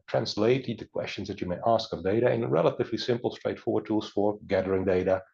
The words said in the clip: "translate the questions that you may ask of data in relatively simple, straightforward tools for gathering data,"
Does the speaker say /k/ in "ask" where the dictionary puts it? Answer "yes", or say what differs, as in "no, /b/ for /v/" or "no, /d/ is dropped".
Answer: yes